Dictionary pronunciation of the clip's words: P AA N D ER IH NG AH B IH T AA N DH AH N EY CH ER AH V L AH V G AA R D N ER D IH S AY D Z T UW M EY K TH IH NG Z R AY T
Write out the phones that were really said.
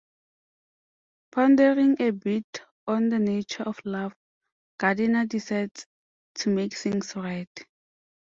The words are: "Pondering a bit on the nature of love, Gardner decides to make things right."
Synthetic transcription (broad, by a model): P AA N D ER IH NG AH B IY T AA N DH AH N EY CH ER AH F L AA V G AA D N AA D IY S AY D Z T UW M EY K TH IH NG S R AY T